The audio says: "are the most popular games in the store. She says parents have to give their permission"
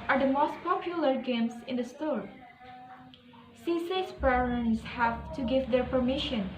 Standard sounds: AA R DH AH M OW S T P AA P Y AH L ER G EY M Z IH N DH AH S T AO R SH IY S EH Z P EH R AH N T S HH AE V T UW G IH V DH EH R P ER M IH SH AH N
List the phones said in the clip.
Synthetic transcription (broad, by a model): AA R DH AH M OW S T P AA P Y AH L ER G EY M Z IH N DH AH S T AO R S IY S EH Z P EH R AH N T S HH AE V T UW G IH V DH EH R P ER M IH SH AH N